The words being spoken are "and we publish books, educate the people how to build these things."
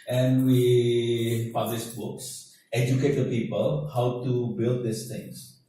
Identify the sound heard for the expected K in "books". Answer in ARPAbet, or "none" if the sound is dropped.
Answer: K